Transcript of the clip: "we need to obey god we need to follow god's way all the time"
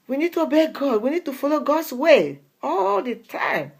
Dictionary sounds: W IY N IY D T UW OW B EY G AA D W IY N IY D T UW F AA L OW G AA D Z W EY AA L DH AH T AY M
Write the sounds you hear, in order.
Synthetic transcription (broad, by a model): W IY N IY D T UW OW B EY G AA D W IY N IY D T UW F AA L OW G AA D S W EY AA L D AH T AY M